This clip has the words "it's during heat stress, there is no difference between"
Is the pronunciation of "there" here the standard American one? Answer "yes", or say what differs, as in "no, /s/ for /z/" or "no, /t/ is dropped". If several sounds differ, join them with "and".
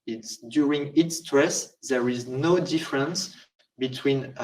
yes